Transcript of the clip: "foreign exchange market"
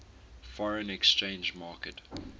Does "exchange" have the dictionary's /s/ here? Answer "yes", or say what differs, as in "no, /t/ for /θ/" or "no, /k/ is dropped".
yes